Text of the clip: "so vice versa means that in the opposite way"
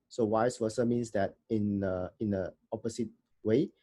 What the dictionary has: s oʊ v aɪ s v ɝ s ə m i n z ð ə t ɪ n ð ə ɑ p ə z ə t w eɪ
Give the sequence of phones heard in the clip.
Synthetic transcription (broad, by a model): s oʊ w aɪ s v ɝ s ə m i n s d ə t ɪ n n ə ɑ p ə s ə t w eɪ